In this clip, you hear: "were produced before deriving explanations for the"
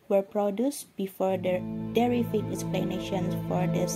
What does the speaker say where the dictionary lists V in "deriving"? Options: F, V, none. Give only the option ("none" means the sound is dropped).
F